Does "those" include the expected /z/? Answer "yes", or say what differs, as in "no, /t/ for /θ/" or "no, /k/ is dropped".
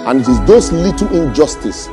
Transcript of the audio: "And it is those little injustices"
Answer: no, /s/ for /z/